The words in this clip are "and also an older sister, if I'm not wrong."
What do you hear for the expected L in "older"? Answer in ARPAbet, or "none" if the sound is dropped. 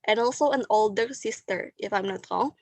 L